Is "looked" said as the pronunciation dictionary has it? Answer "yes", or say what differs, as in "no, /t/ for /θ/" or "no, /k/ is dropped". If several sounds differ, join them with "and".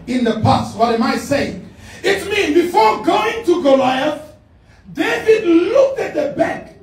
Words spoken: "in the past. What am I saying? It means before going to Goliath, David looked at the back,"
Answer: yes